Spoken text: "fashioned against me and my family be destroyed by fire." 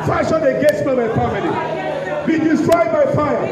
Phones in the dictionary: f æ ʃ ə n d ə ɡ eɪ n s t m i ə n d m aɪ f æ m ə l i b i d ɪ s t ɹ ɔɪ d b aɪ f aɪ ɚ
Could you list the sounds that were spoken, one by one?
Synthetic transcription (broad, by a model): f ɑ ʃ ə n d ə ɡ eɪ s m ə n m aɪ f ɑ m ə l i b i d ɪ s t ɹ ɔɪ d b aɪ f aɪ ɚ